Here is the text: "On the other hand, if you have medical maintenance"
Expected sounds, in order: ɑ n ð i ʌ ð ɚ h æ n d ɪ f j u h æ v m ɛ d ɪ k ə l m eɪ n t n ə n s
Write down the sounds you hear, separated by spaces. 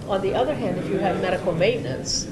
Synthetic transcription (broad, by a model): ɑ n ð i ʌ ð ɚ h æ n d ɪ f j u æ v m ɛ d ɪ k l m eɪ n n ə n s